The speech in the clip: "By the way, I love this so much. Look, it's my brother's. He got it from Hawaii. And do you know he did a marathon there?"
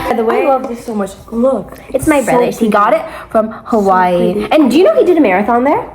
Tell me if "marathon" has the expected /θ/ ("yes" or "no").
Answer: yes